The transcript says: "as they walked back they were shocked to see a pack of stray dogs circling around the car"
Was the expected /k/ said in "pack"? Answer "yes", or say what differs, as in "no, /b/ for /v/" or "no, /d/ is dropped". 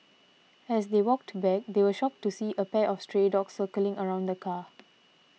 no, /k/ is dropped